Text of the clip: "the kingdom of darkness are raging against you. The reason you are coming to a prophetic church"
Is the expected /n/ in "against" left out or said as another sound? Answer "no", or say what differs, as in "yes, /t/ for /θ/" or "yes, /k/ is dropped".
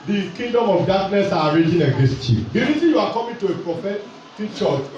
yes, /n/ is dropped